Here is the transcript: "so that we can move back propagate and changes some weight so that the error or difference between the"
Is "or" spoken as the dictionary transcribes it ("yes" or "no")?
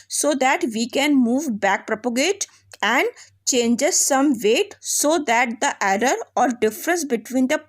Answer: yes